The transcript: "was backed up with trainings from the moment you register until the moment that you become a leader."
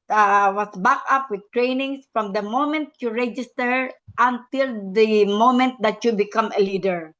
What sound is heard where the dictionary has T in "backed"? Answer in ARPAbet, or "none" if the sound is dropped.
none